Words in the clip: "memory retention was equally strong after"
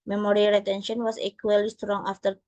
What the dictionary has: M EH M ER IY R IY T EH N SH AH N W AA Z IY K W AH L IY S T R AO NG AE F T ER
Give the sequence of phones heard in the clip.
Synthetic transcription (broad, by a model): M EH M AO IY L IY T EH N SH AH N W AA S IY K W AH L IY S T R AO NG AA F T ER